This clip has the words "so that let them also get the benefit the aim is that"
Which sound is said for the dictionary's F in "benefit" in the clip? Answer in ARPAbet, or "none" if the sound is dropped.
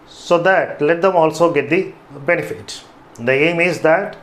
F